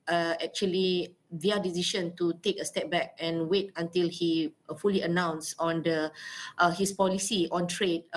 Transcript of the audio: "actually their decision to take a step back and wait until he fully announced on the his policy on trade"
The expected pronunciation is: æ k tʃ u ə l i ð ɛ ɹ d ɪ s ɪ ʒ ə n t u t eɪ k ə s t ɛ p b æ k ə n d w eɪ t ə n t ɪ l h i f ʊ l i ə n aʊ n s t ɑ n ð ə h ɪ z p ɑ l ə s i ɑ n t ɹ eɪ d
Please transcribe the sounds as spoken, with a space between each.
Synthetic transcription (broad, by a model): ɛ k tʃ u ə l i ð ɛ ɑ d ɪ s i ʃ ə n t u t eɪ k ə s t ɛ p b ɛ k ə n w eɪ t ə n t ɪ l h i f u l i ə n aʊ n s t ɑ n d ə h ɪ s p ɑ l ə s i ɑ n t ɹ eɪ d